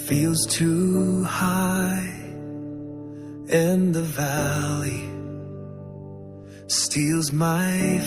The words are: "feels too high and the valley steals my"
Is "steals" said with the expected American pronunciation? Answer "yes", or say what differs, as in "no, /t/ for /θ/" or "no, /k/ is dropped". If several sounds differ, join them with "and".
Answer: yes